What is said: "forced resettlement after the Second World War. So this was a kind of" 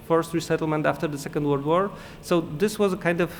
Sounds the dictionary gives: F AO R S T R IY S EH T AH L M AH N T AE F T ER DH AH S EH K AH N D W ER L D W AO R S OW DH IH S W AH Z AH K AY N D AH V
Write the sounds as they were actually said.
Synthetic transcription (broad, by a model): F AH R S T R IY S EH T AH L M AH N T AE F T ER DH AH S EH K AH N D W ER D W AO R S OW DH IH S W AH Z AH K AY N D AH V